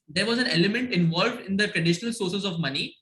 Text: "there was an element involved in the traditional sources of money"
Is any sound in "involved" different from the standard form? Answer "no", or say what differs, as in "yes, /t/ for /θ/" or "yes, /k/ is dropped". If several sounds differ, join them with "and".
no